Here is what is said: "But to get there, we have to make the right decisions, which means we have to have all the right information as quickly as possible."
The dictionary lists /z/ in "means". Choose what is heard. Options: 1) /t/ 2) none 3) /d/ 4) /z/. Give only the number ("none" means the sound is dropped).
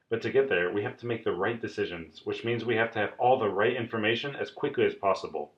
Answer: 4